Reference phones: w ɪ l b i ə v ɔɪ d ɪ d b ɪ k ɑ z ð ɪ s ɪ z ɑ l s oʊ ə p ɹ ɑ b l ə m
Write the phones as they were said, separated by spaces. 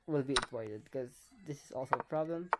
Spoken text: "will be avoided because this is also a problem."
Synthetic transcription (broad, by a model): w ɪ l b i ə p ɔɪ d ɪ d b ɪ k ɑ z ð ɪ s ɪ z ɑ l s oʊ ə p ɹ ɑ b l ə m